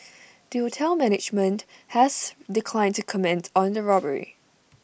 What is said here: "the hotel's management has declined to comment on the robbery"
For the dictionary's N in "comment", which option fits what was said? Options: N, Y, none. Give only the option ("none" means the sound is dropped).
N